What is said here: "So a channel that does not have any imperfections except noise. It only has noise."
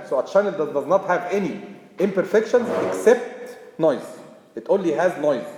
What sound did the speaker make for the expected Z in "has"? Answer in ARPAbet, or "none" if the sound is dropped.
Z